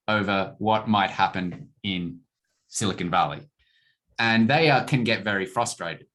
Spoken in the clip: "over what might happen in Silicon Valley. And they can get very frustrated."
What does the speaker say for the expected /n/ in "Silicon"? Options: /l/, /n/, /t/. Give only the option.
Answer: /n/